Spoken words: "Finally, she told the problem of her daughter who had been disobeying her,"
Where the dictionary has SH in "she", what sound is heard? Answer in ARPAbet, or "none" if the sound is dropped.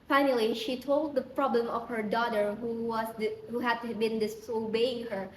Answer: SH